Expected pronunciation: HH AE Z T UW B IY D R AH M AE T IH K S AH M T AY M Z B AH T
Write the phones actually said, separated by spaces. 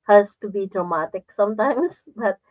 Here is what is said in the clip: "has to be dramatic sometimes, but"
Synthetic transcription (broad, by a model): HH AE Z T UW B IY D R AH M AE T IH K S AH M T AY M S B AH T